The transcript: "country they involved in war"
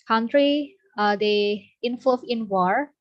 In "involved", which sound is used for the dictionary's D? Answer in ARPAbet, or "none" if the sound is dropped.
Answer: none